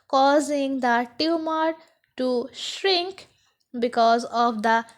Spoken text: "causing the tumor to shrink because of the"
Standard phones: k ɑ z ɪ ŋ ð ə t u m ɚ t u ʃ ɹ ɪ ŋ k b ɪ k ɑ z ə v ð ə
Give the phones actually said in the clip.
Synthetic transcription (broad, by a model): k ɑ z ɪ ŋ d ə t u m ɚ t u ʃ ɹ ɪ ŋ k b ɪ k ɑ z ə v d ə